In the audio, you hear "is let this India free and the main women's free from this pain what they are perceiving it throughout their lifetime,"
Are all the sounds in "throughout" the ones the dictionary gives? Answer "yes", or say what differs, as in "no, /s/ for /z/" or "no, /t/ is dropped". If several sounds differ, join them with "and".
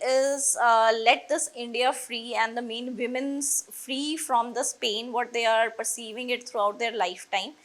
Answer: no, /t/ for /θ/